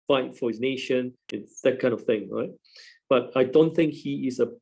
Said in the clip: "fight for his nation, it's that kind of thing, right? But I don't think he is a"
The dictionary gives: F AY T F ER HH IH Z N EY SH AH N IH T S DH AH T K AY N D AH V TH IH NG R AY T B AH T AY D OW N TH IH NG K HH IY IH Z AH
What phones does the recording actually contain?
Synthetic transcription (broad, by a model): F AY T F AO HH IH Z N EY SH AH N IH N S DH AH T K AY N AH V TH IH NG R AY T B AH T AY D OW N TH IH NG K HH IY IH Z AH